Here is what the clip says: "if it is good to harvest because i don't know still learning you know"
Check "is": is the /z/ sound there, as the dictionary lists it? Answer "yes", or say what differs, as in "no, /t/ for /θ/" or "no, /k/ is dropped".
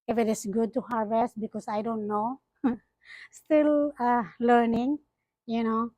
no, /s/ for /z/